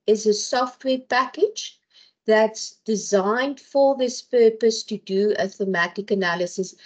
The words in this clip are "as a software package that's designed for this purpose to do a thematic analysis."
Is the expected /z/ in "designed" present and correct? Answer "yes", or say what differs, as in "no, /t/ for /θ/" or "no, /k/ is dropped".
yes